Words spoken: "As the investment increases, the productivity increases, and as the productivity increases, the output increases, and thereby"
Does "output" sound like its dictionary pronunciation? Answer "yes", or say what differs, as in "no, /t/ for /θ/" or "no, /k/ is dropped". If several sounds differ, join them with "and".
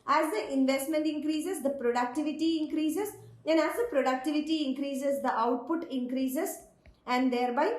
yes